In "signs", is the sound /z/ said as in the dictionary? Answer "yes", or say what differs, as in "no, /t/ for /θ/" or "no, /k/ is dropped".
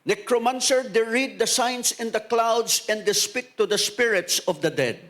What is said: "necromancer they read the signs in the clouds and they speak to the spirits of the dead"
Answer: no, /s/ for /z/